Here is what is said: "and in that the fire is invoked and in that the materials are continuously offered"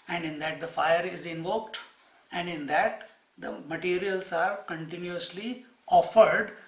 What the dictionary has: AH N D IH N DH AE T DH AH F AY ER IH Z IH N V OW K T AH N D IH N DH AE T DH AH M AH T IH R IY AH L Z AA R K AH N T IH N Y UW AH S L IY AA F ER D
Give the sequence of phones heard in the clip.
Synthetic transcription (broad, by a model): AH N D IH N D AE T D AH F AY ER IH Z IH N V OW K T AH N D IH N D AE T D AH M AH T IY R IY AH L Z AA R K AH N T IH N Y UW AH S L IY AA F ER D